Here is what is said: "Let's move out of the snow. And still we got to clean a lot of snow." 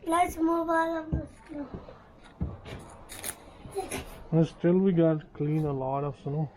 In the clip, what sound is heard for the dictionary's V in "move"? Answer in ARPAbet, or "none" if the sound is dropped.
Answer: B